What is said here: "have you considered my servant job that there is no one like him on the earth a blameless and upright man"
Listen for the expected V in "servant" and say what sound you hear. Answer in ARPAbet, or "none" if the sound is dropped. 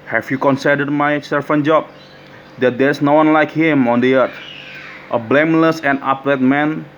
F